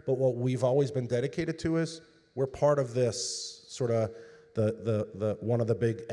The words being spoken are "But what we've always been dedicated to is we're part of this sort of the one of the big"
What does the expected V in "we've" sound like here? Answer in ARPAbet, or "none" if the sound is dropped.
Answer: V